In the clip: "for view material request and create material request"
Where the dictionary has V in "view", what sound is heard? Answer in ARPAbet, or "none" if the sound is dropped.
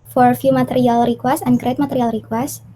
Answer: F